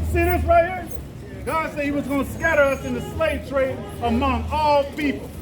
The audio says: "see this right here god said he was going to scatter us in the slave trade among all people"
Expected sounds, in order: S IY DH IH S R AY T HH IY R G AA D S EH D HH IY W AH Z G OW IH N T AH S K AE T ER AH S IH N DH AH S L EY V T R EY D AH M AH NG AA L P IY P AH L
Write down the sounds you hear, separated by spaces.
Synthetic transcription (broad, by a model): S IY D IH TH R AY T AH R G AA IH S EH D HH IY W AH Z G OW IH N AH S K AE T ER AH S IH N DH AH S L EY V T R EY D AH M AH NG AA L P IY P L